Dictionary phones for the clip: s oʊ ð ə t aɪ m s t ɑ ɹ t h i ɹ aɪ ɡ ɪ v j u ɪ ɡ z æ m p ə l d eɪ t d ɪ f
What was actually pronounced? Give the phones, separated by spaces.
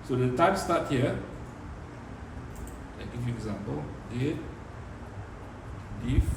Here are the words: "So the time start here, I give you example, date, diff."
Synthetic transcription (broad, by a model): s oʊ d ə t aɪ m s t ɑ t h i l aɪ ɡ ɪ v j u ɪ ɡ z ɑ m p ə l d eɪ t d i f